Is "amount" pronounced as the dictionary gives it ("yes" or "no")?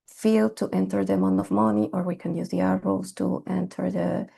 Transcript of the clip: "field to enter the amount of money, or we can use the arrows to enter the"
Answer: no